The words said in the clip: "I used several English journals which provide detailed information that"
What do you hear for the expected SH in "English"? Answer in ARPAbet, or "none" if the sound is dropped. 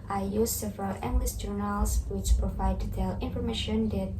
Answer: S